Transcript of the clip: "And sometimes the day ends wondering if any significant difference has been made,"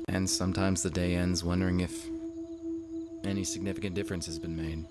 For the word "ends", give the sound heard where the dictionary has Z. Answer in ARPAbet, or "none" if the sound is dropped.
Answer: Z